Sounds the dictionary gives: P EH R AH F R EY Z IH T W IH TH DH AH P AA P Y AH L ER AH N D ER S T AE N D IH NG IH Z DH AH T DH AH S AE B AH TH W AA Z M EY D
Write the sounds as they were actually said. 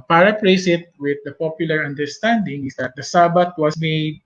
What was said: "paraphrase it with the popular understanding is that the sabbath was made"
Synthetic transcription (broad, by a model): P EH R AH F R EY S IH T W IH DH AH P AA P Y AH L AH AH N D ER S T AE N D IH NG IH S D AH T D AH S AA B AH T W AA S M EY D